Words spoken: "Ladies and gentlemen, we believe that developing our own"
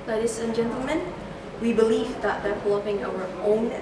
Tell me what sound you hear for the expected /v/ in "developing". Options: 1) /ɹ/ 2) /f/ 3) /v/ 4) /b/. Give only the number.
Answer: 2